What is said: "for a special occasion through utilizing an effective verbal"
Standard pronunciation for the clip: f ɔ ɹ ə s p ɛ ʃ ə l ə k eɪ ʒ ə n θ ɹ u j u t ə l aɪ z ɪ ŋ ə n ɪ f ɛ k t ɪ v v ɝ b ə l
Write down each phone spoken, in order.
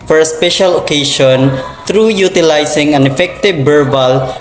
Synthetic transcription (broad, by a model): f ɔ ɹ ə s p ɛ ʃ ə l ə k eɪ ʃ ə n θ ɹ u j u t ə l aɪ s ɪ ŋ ə n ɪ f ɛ k t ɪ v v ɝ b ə l